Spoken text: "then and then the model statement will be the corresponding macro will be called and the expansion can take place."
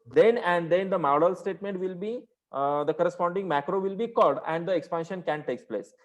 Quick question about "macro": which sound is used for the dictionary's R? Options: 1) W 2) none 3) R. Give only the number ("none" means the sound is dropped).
3